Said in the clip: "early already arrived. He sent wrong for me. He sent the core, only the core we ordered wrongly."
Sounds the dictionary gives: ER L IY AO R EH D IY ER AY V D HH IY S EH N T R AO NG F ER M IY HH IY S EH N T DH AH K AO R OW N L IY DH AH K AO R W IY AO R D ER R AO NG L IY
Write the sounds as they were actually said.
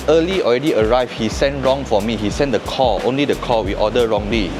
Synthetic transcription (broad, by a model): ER L IY AO R EH D IY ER AY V HH IY S EH N T R AO NG F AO M IY HH IY S EH N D AH K AO OW N L IY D AH K AO W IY AO D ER R AO NG L IY